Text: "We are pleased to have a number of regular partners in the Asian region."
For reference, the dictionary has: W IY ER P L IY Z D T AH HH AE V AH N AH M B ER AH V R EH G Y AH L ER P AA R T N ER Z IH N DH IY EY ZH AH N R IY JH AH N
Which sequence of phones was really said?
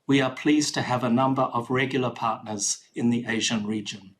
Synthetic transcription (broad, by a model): W IY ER P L IY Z T AH V AH N AH M B ER AH V R EH G Y L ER P AA R T N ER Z IH N DH IY EY ZH AH N R IY JH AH N